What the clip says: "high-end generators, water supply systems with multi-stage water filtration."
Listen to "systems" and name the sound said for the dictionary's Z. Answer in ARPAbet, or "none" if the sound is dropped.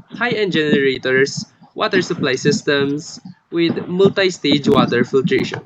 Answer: S